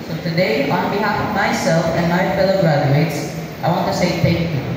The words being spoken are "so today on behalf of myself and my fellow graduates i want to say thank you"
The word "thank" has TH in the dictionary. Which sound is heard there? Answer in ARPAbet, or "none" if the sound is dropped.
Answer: T